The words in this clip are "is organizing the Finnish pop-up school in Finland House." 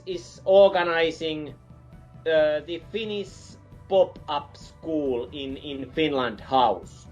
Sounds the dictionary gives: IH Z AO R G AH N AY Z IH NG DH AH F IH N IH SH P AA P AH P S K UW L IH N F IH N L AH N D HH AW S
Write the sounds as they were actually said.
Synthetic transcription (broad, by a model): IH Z AO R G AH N AY S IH NG DH AH F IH N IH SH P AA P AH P S K UW L IH N F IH N L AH N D HH AW S